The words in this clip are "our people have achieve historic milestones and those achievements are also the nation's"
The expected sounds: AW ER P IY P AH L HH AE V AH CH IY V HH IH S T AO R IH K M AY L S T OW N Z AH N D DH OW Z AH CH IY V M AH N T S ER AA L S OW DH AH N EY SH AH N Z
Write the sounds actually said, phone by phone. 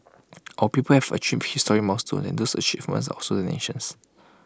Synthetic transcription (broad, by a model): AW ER P IY P AH L HH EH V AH CH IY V HH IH S T AO R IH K M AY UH S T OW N AH N D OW S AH CH IY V M AH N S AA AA S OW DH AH N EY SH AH N S